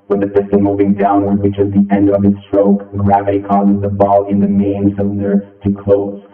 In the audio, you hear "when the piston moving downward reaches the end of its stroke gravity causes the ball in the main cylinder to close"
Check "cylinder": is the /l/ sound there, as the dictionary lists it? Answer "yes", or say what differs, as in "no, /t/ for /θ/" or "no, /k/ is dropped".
no, /l/ is dropped